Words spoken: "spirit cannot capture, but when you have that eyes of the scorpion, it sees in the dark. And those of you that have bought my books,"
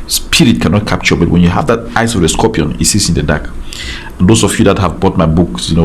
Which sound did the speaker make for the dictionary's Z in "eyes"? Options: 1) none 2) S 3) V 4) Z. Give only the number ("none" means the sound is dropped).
2